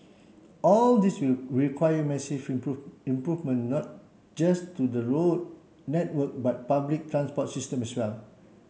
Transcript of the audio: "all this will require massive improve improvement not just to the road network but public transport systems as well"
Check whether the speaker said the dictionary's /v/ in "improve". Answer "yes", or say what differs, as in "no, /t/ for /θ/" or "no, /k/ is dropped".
no, /v/ is dropped